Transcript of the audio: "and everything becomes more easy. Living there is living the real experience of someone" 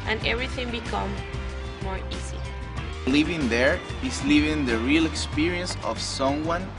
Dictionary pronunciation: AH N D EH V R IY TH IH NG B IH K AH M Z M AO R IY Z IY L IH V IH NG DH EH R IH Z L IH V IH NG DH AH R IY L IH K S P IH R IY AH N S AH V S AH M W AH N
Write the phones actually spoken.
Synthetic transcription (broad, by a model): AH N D EH V R IY TH IH NG B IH K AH M M AO R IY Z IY L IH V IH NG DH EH R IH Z L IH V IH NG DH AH R IY L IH K S P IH R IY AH N S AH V S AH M W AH N